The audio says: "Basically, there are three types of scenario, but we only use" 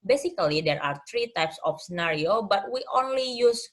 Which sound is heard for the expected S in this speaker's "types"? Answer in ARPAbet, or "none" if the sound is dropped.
S